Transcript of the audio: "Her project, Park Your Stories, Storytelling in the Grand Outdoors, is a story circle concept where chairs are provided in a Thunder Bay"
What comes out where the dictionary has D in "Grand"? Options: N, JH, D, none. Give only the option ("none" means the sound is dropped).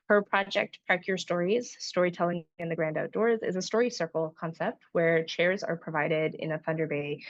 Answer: D